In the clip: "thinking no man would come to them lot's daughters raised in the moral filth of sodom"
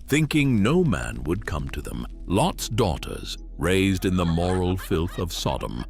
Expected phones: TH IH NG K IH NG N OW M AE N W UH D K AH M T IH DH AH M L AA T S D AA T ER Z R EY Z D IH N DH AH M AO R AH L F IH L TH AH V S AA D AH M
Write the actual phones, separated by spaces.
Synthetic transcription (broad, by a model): TH IH NG K IH NG N OW M AE N W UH D K AH M T IH DH AH M L AA T S D AA T ER Z R EY Z D IH N DH AH M AO R L F IH L TH AH V S AA D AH M